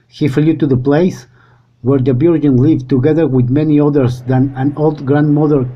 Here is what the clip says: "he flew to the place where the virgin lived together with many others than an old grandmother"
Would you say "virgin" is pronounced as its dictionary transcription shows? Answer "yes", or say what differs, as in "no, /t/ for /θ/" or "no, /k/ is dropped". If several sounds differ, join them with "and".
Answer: no, /b/ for /v/